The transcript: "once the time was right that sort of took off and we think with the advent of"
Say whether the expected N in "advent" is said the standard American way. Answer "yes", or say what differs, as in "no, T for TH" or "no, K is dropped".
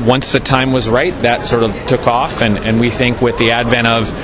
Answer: no, N is dropped